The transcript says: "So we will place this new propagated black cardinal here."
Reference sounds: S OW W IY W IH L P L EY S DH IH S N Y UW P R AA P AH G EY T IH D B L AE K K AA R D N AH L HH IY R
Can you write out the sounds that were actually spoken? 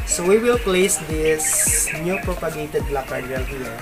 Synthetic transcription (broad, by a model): S OW W IY W IH L P L EY S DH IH S N Y UW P R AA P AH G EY T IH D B L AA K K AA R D AH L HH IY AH